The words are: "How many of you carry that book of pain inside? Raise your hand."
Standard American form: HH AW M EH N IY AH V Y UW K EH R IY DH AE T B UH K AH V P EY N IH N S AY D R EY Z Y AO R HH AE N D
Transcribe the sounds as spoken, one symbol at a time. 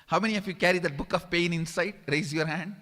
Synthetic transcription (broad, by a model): HH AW M EH N IY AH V Y UW K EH R IY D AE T B UH K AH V P EY N IH N S AY D R EY Z Y AO R HH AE N D